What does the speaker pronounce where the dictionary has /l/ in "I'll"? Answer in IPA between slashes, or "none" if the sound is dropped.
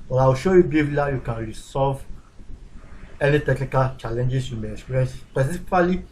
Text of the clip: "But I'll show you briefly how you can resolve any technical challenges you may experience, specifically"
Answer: /w/